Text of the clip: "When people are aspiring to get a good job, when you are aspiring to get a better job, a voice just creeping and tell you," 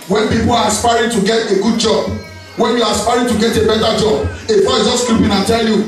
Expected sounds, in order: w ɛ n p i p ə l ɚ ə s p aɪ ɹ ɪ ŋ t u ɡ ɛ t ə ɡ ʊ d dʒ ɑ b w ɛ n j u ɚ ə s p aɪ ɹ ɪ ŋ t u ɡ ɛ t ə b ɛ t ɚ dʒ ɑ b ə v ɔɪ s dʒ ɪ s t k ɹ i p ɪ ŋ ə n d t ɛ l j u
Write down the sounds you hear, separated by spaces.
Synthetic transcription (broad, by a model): w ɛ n p i p ə l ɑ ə s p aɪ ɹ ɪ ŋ t u ɡ ɛ t ə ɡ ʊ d dʒ ɑ b w ɛ n j u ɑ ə s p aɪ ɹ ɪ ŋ t u ɡ ɛ t ə b ɛ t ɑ dʒ ɑ b ə f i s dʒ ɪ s k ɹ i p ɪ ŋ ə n t ɛ l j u